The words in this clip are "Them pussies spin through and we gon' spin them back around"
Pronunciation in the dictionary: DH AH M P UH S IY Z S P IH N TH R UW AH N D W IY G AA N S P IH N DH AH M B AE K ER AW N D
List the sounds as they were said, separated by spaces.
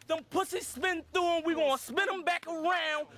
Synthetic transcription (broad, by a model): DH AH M P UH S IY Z S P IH N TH UW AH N W IY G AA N S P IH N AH M B AE K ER AW N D